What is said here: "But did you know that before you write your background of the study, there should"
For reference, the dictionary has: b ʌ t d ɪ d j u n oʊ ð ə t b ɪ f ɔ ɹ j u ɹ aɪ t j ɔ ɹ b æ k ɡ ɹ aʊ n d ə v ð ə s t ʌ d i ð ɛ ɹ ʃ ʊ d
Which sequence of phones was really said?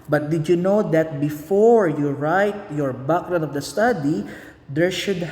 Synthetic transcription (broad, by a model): b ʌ t d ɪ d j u n oʊ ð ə t b ɪ f ɔ ɹ j u ɹ aɪ t j ɔ ɹ b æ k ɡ ɹ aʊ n ə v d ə s t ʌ d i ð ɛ ɹ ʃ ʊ d